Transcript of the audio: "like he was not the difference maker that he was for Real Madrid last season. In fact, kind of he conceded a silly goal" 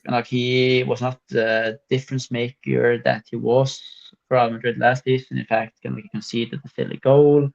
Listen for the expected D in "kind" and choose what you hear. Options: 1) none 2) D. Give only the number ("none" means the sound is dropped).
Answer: 1